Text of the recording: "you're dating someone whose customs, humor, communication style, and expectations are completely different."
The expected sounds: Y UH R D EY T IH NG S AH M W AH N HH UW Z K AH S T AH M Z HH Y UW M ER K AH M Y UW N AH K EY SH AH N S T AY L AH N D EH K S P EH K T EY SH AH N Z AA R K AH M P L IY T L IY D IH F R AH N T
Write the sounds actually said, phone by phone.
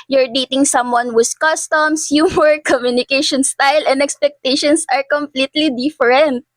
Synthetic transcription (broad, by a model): Y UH R D EY T IH NG S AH M W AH N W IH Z K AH S T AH M S HH Y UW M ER K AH M Y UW N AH K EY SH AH N S T AY L AH N D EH K S P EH K T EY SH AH N S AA R K AH M P L IY T L IY D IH F R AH N T